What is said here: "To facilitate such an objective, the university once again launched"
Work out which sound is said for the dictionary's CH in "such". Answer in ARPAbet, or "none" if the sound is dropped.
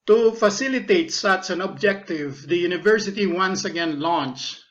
S